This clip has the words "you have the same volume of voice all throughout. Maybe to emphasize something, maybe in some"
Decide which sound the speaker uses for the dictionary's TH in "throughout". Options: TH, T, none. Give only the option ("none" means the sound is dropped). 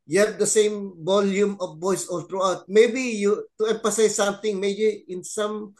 T